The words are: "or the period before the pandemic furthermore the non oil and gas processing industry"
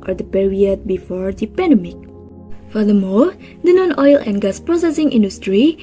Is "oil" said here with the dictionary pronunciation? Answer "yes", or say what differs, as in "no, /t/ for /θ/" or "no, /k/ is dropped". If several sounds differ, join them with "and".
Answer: yes